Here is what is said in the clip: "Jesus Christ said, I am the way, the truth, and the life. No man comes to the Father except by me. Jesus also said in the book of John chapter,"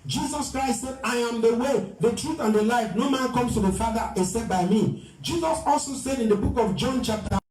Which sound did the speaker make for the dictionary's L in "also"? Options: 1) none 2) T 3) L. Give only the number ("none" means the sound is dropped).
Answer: 3